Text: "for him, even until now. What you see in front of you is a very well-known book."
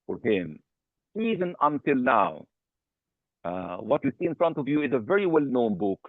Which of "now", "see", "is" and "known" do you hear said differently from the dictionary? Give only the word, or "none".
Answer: none